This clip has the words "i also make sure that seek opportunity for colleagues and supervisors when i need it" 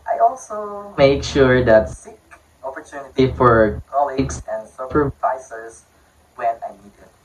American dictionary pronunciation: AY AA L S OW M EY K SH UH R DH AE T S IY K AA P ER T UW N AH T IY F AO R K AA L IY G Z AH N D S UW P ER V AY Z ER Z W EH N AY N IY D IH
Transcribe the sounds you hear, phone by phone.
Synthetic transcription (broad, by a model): AY AA L S OW M EY K SH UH R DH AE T S IY K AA P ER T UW N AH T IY F AO R K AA L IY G S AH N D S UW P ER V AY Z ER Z W EH N AY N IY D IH